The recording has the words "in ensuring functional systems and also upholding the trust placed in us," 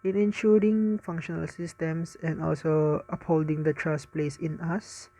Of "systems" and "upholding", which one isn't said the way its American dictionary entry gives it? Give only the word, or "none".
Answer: systems